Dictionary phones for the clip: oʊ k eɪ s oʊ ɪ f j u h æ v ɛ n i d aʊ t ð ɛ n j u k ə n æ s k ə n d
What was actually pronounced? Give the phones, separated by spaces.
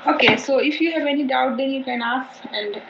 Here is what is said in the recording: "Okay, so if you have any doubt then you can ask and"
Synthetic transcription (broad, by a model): oʊ k eɪ s oʊ ɪ f j u h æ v ɛ n i d aʊ t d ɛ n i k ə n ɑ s ə n d